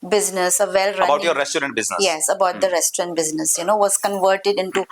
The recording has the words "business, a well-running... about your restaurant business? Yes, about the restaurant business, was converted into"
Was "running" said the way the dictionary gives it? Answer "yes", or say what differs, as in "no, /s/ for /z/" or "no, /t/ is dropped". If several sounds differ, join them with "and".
no, /n/ is dropped